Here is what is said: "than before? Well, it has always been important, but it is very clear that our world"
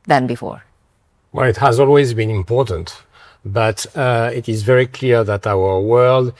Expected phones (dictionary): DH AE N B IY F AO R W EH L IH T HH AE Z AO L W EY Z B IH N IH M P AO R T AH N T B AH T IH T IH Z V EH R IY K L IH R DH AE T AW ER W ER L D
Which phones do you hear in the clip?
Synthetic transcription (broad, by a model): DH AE N B IY F AO R W EH L IH T HH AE Z AO L W EY Z B IH N IH M P AO R T AH N T B AH T IH T IH Z V EH R IY K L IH R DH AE T AW ER W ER L D